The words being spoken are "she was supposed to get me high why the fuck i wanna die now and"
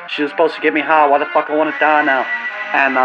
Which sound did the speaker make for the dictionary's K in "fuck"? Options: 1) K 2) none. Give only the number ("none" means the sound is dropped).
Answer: 1